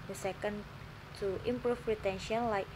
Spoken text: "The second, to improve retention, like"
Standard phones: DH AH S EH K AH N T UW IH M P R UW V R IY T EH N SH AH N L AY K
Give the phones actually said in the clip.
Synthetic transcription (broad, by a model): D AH S EH K AH N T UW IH M P R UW F R IY T EH N SH AH N L AY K